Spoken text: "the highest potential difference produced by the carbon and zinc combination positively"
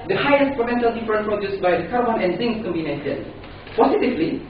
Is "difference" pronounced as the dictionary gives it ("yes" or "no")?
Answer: no